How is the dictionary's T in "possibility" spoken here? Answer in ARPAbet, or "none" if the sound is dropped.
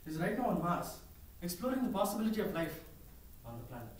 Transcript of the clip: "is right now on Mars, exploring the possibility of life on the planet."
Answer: T